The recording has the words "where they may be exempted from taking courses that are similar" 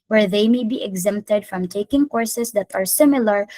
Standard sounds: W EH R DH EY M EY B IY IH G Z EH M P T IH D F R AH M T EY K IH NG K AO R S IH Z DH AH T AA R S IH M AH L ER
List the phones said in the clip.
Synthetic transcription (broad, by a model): W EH R DH EY M EY B IY IH G Z EH M P T IH D F R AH M T EY K IH NG K AO R S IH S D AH T AA R S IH M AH L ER